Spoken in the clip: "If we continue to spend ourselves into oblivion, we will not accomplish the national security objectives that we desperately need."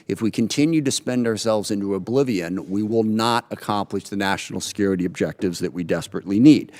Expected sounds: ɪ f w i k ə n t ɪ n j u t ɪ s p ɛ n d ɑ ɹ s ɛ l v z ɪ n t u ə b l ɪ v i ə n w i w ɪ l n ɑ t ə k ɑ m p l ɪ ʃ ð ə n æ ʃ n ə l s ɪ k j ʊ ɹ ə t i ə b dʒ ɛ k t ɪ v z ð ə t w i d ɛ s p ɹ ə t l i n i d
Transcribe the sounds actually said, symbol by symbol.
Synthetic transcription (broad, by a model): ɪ f w i k ə n t ɪ n j u t ɪ s p ɛ n d ɑ ɹ s ɛ l v z ɪ n t u ə b l ɪ v i ə n w i w ɪ l n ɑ t ə k ɑ m p l ɪ ʃ ð ə n æ ʃ n l s ɪ k j ʊ ɹ ə t i ə b dʒ ɛ k t ɪ v z ð ə t w i d ɛ s p ɹ ə t l i n i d